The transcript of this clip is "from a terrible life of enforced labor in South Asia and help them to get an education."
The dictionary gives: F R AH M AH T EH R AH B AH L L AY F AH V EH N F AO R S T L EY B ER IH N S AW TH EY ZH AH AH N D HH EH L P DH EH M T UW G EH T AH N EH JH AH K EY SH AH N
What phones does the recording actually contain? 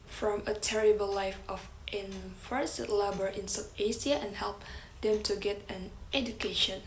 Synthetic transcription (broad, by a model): F R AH M AH T EH R AH B AH L L AY F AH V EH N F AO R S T L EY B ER IH N S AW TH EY S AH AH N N HH EH L P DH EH M T UW G EH T AH N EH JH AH K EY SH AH N